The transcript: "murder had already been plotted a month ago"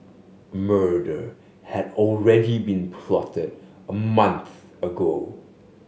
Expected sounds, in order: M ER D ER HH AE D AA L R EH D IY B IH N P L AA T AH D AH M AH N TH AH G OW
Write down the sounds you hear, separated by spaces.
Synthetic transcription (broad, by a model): M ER D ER HH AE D AA L R EH D IY B IH N P L AA T AH D AH M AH N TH AH G OW